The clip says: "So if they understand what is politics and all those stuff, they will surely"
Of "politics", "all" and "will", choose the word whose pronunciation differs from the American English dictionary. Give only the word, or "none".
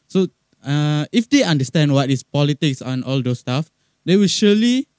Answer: none